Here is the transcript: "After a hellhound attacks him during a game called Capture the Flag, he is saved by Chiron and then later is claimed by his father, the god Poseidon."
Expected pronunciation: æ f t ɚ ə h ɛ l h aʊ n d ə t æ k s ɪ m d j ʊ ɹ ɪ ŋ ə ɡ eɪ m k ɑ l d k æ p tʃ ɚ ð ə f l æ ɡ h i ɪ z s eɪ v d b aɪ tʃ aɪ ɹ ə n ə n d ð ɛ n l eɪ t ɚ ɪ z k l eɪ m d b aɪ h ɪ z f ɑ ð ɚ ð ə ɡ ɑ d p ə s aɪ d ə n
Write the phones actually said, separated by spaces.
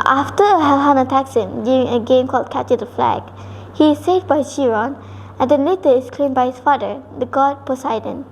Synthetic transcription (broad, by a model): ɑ f t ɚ ə h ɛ l h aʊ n ə t æ k s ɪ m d j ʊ ɹ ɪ ŋ ə ɡ eɪ m k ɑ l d k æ tʃ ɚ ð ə f l æ ɡ h i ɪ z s eɪ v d b aɪ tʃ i ɹ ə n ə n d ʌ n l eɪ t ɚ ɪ s k l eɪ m b aɪ h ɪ s f ɑ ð ɚ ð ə ɡ ɑ d p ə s aɪ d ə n